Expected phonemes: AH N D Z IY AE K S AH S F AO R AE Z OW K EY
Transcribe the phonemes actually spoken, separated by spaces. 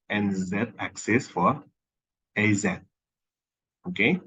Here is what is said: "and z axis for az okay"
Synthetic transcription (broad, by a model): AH N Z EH AE K S AH S F AO R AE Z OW K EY